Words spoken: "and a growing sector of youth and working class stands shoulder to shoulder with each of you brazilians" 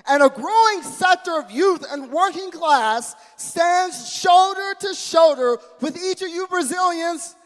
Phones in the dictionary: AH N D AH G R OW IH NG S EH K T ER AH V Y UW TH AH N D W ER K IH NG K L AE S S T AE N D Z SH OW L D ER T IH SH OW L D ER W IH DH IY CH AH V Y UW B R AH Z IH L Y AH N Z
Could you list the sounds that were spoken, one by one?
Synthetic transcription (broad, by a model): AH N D AH G R OW IH NG S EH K T ER AH V Y UW TH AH N W ER K IH NG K L AE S S T AE N D Z SH OW L D ER T IH SH OW L D ER W IH DH IY CH AH V Y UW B R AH Z IH L Y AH N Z